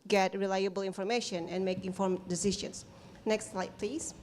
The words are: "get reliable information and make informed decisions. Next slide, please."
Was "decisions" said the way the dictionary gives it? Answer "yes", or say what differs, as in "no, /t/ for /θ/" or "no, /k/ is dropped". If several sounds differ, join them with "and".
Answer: no, /ʃ/ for /ʒ/ and /s/ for /z/